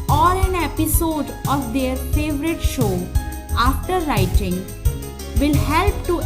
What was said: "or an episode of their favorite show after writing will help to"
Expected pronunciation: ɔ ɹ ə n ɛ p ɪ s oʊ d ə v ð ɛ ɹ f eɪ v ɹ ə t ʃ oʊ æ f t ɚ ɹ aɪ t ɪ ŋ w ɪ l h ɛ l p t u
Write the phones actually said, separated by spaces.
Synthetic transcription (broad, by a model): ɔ ɹ ə n ɛ p ɪ s oʊ d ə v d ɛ ɹ f eɪ v ɹ ə t ʃ oʊ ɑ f t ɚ ɹ aɪ t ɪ ŋ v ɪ l h ɛ l p t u